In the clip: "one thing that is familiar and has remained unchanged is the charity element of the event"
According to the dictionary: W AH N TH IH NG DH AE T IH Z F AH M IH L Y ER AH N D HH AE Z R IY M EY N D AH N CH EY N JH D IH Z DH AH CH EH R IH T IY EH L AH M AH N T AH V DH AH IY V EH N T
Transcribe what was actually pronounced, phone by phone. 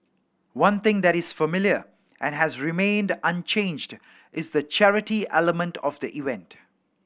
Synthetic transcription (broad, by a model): W AH N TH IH NG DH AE T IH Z F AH M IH L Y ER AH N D HH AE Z R IY M EY N D AH N CH EY N JH D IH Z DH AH CH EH R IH T IY EH L AH M AH N T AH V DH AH IY V EH N T